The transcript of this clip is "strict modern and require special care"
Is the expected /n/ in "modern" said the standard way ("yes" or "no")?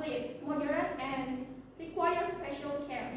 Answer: no